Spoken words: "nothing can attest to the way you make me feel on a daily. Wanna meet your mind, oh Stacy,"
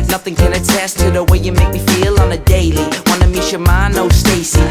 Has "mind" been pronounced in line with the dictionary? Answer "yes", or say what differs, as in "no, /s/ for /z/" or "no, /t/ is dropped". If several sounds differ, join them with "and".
no, /d/ is dropped